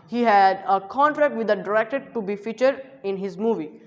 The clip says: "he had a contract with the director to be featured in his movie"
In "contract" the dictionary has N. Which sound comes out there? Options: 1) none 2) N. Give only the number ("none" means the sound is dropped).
2